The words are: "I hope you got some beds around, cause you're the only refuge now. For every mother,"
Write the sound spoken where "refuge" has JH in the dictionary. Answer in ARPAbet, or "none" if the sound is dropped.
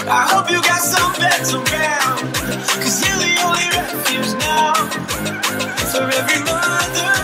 Z